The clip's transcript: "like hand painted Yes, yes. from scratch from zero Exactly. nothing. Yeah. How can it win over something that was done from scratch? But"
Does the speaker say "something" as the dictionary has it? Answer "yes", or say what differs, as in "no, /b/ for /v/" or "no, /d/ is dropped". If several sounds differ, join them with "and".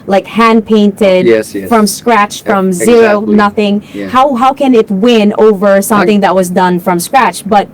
yes